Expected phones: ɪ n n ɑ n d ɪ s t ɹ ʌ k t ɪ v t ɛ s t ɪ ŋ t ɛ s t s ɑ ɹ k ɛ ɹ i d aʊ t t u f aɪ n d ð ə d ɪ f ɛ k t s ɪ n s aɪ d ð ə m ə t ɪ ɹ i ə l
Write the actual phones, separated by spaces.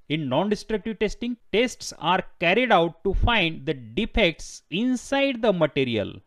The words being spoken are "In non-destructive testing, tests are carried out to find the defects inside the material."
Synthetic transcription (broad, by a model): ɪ n n ɑ n d ɪ s t ɹ ʌ k t ɪ v t ɛ s t ɪ ŋ t ɛ s t s ɑ ɹ k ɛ ɹ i d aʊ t t u f aɪ n d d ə d ɪ f ɛ k t s ɪ n s aɪ d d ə m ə t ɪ ɹ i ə l